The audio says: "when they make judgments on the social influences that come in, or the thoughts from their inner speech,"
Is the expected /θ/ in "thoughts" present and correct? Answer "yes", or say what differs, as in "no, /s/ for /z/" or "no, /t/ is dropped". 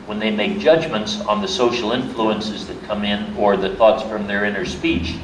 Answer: yes